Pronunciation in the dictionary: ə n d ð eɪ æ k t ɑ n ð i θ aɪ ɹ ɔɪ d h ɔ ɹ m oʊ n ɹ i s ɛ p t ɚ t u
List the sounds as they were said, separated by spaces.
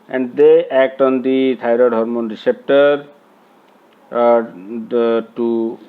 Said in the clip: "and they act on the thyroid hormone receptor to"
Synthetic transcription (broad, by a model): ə n d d eɪ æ k t ɑ n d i t aɪ ɹ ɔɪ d h ɔ ɹ m oʊ n ɹ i s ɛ p t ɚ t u